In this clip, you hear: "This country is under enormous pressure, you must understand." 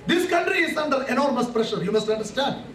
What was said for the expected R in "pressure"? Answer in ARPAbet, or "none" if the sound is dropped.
R